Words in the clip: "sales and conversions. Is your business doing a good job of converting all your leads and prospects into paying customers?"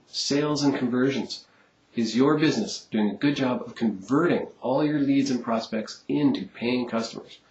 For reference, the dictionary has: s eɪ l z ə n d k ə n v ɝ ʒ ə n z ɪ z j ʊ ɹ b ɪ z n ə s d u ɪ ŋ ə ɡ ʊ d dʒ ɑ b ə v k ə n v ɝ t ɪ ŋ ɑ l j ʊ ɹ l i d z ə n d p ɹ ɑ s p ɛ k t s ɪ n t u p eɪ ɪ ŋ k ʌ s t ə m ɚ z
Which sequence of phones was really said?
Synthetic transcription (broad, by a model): s eɪ l z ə n k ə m v ɝ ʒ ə n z ɪ z j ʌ ɹ b ɪ z n ə s d u ɪ ŋ ə ɡ ʊ d dʒ ɑ b ə v k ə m v ɝ t ɪ ŋ ɑ l j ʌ ɹ l i d z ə n p ɹ ɑ s p ɛ k t s ɪ n t u p eɪ ɪ ŋ k ʌ s t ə m ɚ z